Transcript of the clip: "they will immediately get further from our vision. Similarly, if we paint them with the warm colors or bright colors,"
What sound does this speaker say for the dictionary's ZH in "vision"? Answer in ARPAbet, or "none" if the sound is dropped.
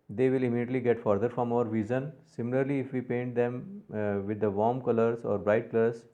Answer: Z